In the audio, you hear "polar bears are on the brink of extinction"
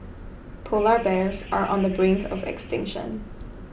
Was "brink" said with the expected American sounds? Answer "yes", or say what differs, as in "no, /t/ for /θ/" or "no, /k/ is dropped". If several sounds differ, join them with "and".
yes